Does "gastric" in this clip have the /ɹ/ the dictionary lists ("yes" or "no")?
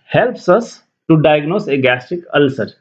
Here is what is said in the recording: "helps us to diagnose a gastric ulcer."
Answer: no